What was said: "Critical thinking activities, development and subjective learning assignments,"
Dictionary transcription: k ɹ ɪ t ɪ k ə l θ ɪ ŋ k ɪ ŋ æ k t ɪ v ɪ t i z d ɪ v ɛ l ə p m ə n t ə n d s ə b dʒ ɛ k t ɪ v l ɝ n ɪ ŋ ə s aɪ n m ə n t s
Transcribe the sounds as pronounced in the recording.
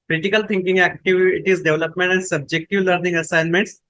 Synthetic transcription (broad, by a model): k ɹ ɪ t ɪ k ə l t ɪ ŋ k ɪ ŋ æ k t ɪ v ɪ t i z d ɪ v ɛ l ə p m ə n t ə n d s ə b dʒ ɛ k t ɪ v l ɝ n ɪ ŋ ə s aɪ n m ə n t s